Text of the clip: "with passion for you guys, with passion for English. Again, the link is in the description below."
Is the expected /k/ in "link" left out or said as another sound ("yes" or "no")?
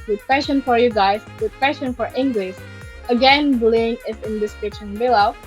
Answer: yes